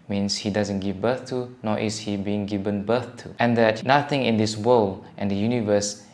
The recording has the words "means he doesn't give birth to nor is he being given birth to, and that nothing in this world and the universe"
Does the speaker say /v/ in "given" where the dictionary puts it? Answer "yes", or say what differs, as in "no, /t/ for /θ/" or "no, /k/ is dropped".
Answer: yes